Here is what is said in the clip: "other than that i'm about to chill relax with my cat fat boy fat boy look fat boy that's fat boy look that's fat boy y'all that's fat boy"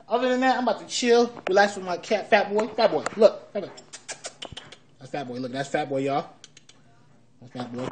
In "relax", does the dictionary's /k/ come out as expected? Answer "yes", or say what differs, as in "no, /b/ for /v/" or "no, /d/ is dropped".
no, /k/ is dropped